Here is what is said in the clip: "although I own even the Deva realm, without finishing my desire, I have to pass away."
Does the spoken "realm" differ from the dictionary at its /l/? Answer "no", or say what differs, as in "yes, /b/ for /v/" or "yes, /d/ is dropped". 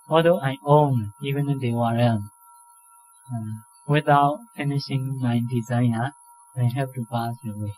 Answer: yes, /l/ is dropped